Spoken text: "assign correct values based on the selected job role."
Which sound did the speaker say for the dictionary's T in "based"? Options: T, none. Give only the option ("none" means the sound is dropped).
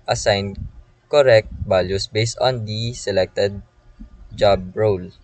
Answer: T